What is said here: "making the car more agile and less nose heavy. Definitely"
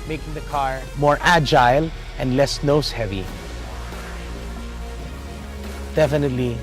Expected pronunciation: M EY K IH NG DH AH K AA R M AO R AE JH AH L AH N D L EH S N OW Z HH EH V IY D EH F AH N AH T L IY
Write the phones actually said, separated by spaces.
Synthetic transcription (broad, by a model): M EY K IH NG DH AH K AA R M AO R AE JH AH L AH N D L EH S N OW S HH EH V IY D EH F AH N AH T L IY